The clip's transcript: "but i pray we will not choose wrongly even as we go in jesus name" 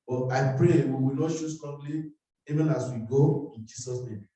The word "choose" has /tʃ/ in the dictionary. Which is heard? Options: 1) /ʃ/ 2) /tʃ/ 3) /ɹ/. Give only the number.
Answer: 1